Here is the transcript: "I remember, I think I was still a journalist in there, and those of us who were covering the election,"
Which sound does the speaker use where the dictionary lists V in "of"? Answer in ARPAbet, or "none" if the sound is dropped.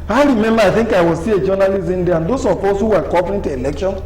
P